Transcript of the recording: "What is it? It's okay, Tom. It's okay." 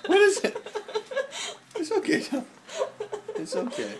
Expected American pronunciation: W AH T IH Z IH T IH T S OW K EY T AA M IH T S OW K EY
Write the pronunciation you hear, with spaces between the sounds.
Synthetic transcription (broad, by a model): W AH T IH Z IH T IH T S OW K EY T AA IH T S OW K EY